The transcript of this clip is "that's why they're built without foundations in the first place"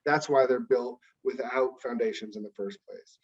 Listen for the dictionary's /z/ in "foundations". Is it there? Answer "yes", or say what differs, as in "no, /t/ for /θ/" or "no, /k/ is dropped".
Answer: yes